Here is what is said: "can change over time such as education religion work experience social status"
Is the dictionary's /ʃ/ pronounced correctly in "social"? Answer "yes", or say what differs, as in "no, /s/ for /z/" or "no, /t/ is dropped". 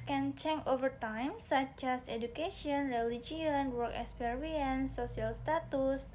no, /ʃ/ is dropped